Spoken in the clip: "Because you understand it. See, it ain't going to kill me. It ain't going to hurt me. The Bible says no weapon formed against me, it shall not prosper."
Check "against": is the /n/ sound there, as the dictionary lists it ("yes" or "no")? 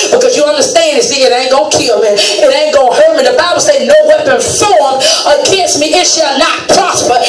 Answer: no